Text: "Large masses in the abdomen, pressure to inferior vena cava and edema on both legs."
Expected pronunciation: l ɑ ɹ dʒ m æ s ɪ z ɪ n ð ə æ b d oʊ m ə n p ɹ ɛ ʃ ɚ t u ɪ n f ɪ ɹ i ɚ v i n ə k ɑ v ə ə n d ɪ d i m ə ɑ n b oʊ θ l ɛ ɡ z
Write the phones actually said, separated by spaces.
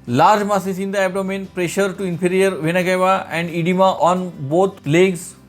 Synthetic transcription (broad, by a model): l ɑ ɹ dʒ m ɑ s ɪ s ɪ n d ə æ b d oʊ m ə n p ɹ ɛ ʃ ɚ t u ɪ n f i ɹ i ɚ v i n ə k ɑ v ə ə n d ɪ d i m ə ɑ n b oʊ t l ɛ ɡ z